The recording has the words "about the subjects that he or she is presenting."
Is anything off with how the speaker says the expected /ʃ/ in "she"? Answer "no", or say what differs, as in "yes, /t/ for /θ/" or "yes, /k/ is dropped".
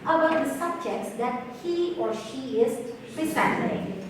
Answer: no